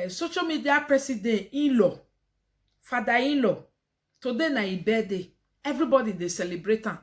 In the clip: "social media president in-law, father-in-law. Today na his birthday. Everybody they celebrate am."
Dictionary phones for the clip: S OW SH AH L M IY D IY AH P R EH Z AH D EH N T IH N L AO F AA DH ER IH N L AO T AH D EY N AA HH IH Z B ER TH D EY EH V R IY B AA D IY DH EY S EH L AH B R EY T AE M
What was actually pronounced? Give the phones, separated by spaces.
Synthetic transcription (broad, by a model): S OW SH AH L M IY D IY AH P R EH S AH D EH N IH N L AO F AA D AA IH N L AO T AH D EY N AA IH B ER D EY EH V R IY B AA D IY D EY S EH L AH B R EY T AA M